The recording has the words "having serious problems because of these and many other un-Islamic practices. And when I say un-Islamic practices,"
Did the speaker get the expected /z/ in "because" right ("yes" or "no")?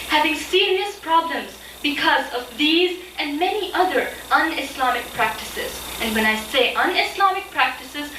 yes